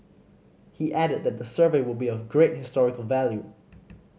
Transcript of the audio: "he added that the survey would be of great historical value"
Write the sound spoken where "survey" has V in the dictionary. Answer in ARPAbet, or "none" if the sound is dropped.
V